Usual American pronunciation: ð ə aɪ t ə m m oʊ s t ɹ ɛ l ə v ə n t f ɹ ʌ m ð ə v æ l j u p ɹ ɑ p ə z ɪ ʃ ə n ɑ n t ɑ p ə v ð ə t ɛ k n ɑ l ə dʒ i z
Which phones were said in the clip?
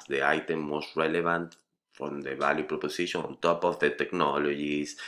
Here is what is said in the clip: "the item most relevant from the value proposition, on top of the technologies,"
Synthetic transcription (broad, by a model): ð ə aɪ t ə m m oʊ s t ɹ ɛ l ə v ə n t f ɹ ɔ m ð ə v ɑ l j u p ɹ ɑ p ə s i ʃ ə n ɑ n t ɑ p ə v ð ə t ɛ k n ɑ l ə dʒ i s